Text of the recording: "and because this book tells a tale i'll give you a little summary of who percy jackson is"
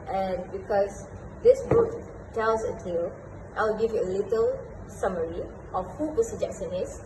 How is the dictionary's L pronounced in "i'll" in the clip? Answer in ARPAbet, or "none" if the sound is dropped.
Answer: W